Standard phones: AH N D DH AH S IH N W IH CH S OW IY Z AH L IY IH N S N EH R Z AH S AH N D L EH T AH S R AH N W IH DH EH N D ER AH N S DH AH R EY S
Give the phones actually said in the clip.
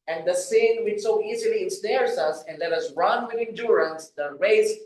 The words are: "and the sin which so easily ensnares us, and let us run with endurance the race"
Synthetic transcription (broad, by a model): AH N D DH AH S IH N W IH CH S OW IY Z AH L IY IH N S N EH R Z AH S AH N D L EH T AH S R AH N W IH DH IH N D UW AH N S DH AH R EY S